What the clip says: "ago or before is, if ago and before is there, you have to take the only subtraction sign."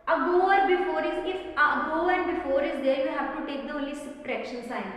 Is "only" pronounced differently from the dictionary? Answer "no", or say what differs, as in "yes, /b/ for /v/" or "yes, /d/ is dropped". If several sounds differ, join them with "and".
yes, /n/ is dropped